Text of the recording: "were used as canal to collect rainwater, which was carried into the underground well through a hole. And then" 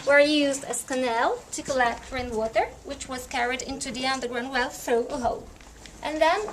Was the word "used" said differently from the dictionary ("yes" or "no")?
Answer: no